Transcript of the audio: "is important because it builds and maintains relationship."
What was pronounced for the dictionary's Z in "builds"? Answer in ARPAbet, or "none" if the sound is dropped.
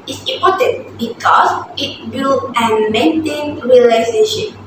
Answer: none